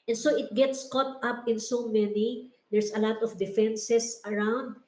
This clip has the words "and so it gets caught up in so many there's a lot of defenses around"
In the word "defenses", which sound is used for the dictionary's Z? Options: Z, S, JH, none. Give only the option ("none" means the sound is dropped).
S